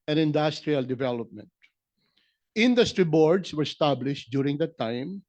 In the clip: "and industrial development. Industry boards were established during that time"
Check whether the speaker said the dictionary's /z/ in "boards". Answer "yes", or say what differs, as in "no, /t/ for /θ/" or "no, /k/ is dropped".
no, /s/ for /z/